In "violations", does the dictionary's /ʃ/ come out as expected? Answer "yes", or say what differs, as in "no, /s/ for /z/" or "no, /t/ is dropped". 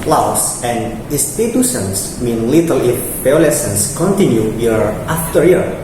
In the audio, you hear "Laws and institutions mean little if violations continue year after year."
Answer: no, /s/ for /ʃ/